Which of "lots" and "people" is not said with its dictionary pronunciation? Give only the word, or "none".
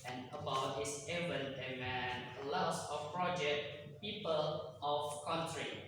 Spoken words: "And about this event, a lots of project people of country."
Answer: lots